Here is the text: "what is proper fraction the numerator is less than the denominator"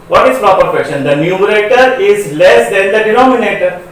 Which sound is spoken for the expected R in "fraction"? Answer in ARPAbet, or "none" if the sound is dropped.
none